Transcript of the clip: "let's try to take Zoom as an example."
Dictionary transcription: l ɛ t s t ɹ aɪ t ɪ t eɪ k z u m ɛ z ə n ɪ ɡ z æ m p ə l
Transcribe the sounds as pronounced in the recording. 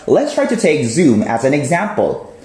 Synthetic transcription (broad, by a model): l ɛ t s t ɹ aɪ t ɪ t eɪ k z u m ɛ z ə n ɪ ɡ z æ m p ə l